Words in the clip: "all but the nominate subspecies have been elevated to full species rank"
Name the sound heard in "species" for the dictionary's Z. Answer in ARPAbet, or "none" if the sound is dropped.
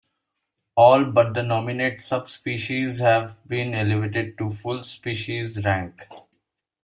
Z